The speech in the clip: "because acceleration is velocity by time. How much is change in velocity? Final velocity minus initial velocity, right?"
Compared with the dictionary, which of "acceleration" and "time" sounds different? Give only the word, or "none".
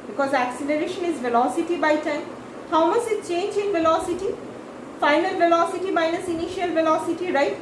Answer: none